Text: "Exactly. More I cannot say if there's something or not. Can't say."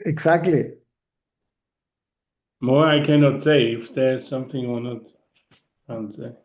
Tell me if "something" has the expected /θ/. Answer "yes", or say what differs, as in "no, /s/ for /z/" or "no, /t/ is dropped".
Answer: yes